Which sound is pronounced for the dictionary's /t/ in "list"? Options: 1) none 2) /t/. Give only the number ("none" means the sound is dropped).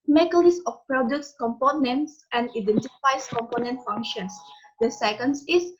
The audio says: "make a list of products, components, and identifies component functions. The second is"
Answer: 1